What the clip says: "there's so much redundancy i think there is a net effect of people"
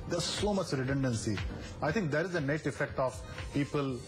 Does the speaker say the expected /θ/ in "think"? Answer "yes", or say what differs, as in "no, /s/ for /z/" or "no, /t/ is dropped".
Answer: no, /t/ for /θ/